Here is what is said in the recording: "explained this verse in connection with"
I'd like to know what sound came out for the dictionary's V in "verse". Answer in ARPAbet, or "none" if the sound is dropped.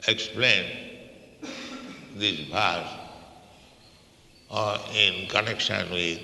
B